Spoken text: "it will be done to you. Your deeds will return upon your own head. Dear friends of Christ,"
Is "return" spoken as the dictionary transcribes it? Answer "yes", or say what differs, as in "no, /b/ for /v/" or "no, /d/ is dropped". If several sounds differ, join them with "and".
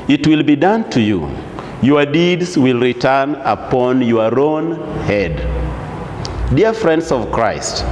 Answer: yes